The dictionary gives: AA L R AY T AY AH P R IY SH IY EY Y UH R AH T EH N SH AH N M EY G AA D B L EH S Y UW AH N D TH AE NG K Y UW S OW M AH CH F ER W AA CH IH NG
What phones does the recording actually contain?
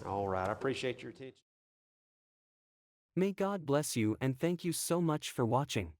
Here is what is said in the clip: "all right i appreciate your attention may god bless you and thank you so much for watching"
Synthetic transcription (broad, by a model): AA L R AY T AY AH P R IY SH IY EY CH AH R T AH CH M EY G AA D B L EH S Y UW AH N TH AE NG K Y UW S OW M AH CH F ER W AA CH IH NG